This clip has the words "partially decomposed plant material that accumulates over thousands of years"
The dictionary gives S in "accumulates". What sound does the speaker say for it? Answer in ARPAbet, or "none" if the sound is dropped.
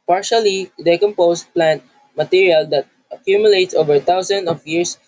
S